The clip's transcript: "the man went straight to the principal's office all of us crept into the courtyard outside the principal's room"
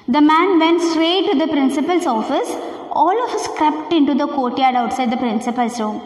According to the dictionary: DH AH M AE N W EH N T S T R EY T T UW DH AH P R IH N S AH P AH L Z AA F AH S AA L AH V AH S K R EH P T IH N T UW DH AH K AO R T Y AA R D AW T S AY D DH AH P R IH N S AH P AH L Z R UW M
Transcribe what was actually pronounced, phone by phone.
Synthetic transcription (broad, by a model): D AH M AE N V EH N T S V EY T T UW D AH P R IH N S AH P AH L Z AA F AH S AA L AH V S K R EH P T IH N T UW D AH K AO T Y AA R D AW T S AY D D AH P R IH N S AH P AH L S R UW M